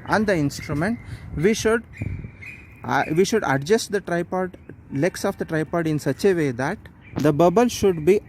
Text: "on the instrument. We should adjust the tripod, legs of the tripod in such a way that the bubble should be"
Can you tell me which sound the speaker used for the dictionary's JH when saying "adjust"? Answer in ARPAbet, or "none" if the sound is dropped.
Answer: SH